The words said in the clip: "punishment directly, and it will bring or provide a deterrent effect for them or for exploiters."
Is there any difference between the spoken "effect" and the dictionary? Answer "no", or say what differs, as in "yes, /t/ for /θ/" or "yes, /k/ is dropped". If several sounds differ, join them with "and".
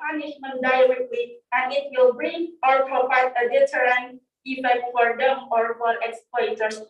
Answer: yes, /k/ is dropped